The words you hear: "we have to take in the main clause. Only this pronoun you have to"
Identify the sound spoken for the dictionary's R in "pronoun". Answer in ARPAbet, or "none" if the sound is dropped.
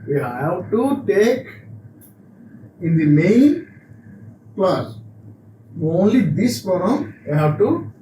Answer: none